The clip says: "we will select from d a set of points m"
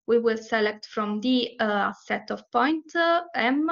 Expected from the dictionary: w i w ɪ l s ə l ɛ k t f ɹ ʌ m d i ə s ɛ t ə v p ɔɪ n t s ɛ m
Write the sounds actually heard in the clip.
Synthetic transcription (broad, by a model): w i w ɪ l s ə l ɛ k t f ɹ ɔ m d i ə s ɛ t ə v p ɔɪ n t ɛ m